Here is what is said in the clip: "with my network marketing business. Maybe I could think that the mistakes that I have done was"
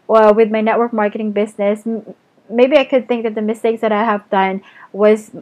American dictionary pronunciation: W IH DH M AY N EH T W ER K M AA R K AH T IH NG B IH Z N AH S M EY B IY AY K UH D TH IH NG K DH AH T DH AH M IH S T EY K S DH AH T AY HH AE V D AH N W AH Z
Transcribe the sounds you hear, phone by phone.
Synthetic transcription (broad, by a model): W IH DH M AY N EH T W ER K M AA R K AH T IH NG B IH Z N AH S M EY B IY AY K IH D TH IH NG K DH AH T DH AH M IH S T EY K DH AH T AY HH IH V D AH N W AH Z